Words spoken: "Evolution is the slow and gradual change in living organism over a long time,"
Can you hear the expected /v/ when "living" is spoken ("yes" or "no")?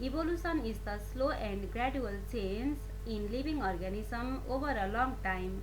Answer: no